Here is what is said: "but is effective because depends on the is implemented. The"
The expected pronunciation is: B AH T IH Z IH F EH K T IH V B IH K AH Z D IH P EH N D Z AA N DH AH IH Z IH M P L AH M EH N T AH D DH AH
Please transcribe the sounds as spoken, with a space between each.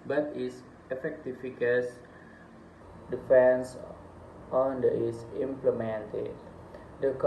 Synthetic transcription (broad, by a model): B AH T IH S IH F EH K T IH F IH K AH S D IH F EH N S AA N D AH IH S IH M P L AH M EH N T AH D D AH